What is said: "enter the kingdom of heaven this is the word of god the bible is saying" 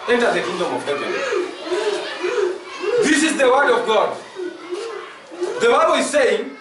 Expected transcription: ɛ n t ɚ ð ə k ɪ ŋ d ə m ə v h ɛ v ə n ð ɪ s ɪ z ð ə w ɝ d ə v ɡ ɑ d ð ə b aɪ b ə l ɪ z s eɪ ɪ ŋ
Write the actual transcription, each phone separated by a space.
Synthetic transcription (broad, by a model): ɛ n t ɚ ð ə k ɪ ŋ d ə m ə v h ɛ ə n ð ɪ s ɪ z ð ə w ɝ d ə v ɡ ɑ d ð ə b aɪ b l ɪ z s eɪ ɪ ŋ